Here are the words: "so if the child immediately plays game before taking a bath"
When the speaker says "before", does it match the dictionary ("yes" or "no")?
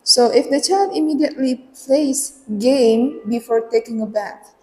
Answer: yes